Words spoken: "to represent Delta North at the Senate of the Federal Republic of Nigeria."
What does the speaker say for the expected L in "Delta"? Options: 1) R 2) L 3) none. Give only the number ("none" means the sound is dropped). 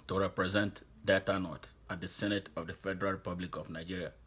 3